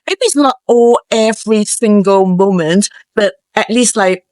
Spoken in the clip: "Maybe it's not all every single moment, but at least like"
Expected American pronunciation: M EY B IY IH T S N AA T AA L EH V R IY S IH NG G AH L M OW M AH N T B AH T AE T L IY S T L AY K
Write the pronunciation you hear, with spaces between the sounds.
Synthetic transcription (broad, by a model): M EY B IY IH T S N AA T AA L EH V R IY S IH NG G AH L M OW M AH N T B AH T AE T L IY S T L AY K